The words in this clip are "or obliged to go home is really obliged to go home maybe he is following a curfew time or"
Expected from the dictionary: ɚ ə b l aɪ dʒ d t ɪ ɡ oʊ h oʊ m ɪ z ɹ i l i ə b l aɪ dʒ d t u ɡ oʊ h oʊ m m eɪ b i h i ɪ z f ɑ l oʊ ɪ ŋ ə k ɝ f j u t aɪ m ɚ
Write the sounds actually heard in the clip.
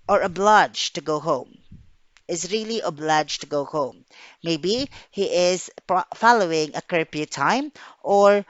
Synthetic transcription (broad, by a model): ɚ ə b l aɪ dʒ t ɪ ɡ oʊ h oʊ m ɪ z ɹ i l i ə b l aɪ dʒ t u ɡ oʊ h oʊ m m eɪ b i h i ɪ z f ɑ l oʊ ɪ ŋ ə k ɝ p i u t aɪ m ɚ